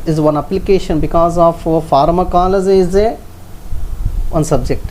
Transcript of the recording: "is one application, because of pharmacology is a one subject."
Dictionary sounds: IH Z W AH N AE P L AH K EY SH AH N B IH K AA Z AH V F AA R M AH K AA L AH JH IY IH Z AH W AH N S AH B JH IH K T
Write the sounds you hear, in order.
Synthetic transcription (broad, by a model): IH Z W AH N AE P L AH K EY SH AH N B IH K AA Z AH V F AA R M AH K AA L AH Z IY IH Z AH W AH N S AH B JH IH K T